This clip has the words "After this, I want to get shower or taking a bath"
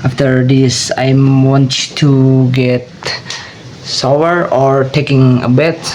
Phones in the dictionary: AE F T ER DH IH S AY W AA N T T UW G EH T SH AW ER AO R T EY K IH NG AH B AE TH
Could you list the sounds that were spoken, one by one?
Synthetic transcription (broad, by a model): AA F T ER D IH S AY W AA N T T UW G EH T S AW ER AO R T EY K IH NG AH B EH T